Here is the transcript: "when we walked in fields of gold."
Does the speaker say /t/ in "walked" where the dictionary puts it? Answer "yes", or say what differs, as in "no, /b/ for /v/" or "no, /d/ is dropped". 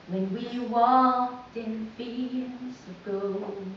yes